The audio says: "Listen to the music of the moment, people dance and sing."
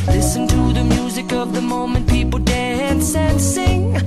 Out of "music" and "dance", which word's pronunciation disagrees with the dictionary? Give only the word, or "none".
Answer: none